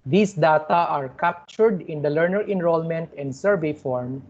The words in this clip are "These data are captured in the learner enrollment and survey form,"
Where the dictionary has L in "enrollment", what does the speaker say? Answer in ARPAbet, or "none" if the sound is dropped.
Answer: L